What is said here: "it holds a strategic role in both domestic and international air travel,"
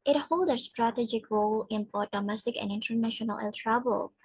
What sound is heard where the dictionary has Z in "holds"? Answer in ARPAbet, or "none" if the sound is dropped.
none